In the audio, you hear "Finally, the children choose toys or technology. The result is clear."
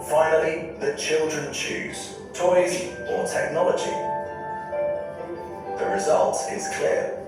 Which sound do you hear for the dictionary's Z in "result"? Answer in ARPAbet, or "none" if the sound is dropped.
Z